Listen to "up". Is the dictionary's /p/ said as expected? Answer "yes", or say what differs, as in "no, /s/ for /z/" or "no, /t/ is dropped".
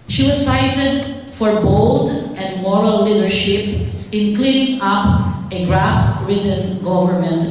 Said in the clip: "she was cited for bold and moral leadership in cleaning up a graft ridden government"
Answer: yes